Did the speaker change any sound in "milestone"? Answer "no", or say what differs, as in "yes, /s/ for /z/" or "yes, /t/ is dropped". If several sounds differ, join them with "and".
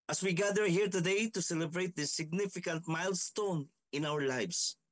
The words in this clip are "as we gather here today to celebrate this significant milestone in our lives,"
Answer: no